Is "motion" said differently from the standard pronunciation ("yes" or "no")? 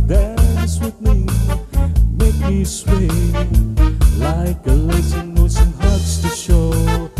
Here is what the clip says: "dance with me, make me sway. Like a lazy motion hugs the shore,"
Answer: yes